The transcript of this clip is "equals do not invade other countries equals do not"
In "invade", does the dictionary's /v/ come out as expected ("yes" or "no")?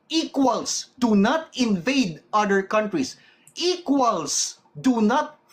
yes